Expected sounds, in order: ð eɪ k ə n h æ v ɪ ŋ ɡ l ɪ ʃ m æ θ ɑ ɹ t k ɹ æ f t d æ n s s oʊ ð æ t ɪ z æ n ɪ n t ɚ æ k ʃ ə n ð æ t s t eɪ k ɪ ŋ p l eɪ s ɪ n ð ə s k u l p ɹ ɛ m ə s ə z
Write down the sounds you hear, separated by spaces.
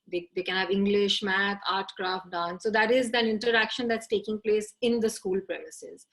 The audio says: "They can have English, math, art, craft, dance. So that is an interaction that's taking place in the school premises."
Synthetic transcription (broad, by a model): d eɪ k ə n h æ v ɪ ŋ ɡ l ɪ ʃ m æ t ɑ ɹ t k ɹ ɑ f t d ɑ n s s oʊ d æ t ɪ z æ n ɪ n t ɚ æ k ʃ ə n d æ t s t eɪ k ɪ ŋ p l eɪ s ɪ n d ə s k u l p ɹ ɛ m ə s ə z